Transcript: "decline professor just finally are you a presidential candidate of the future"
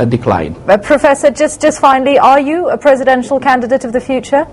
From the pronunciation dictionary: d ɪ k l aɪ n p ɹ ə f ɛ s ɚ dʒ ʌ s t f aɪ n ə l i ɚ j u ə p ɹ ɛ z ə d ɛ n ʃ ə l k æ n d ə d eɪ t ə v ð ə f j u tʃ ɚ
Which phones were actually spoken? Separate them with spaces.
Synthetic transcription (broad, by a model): d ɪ k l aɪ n p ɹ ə f ɛ s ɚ dʒ ʌ s t f aɪ n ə l i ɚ j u ə p ɹ ɛ z ə d ɛ n ʃ ə l k æ n d ə d eɪ t ə v ð ə f j u tʃ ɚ